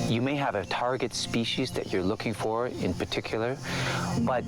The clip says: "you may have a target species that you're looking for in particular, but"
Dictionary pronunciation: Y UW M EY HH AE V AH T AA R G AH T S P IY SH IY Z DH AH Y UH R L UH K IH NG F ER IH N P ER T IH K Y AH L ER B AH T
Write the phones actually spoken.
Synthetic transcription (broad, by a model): Y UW M EY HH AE V AH T AA R G AH T S P IY SH IY Z DH AH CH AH R L UH K IH NG F ER IH N P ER T IH K Y L ER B AH T